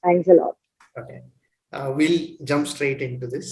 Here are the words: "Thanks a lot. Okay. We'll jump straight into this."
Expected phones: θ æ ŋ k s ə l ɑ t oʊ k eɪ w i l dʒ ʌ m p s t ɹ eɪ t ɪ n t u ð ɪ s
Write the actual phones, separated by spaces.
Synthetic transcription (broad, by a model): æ ŋ k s ə l ɑ t oʊ k eɪ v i l dʒ ʌ m p s t ɹ eɪ t ɪ n t u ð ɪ s